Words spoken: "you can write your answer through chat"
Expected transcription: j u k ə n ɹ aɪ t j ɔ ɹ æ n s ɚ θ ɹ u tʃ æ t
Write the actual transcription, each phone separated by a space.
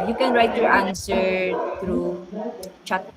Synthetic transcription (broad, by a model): j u k ə n ɹ aɪ t j ɔ ɹ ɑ n s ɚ t ɹ u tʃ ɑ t